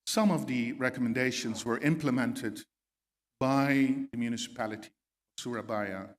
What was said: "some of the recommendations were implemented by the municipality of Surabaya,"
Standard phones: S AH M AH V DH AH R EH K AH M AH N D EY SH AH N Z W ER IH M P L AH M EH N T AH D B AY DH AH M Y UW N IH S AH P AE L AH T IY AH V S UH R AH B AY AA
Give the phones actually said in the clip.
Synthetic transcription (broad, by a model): S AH M AH V DH AH R EH K AH M AH N D EY SH AH N Z W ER IH M P L AH M EH N T AH D B AY DH AH M Y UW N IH S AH P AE L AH T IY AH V S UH R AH B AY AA